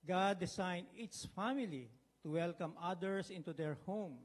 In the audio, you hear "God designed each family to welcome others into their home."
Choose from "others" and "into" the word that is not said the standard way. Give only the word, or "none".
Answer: others